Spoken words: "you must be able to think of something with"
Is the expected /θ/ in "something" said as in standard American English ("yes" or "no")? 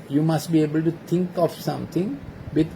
no